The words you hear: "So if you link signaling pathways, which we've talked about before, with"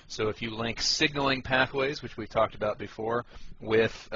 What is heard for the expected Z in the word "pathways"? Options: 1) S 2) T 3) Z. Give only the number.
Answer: 3